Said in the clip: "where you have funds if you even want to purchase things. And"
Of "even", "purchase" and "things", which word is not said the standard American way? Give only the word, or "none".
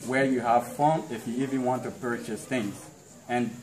none